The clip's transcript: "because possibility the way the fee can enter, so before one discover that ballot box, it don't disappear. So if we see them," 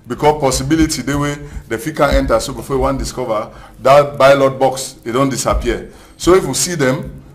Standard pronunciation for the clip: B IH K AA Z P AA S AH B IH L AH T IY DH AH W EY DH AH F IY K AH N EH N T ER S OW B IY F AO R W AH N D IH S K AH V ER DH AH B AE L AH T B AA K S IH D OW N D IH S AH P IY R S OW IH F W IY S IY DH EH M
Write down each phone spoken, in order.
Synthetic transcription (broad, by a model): B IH K AA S P AA S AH B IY L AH T IY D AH W EY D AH F IY K AH N EH N T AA S OW B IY F AO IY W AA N D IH S K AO V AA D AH B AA L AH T B AA K S IH D OW N D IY S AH P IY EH S OW IH F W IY S IY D EH M